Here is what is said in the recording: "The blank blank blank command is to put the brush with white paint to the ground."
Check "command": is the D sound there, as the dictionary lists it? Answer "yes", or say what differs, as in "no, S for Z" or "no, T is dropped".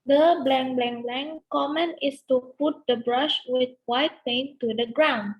no, D is dropped